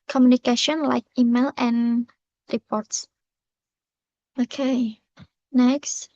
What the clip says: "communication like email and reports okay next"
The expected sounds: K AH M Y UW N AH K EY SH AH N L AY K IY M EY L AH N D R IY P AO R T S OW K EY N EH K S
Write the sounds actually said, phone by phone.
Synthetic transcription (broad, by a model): K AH M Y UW N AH K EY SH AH N L AY K IY M EY L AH N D R IY P AO R T S OW K EY N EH K S